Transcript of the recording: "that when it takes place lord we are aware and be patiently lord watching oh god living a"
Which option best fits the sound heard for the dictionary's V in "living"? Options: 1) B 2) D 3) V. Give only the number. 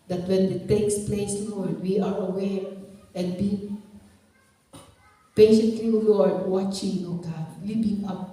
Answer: 1